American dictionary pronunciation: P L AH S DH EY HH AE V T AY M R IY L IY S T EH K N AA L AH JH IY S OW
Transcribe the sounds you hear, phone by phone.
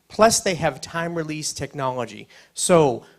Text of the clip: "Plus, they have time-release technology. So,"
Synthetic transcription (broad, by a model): P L AH S DH EY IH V T AY M R IY L IY S T EH K N AA L AH JH IY S OW